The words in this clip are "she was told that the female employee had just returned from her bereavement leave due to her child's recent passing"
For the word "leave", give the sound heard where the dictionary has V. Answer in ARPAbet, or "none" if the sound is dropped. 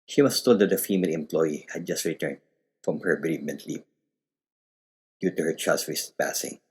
P